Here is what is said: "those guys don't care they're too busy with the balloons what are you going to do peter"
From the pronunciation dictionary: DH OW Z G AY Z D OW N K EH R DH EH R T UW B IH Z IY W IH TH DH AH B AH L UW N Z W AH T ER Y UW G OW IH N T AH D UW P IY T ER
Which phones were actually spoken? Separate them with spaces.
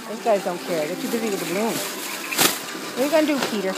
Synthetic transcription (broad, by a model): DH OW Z G AY Z D OW N K EH R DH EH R T UW B IH Z IY W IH DH AH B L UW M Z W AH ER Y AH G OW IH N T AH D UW P IY T ER